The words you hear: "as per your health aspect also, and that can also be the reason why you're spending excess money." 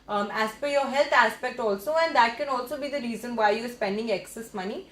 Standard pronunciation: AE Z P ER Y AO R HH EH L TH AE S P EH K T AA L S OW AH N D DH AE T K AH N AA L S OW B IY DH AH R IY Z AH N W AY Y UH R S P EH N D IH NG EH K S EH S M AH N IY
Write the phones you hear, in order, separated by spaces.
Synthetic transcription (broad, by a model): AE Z F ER Y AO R HH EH L T AE S P EH K T AA L S OW AH N D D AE T K AH N AA L S OW B IY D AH R IY Z AH N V AY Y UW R S P EH N D IH NG EH K S EH S M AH N IY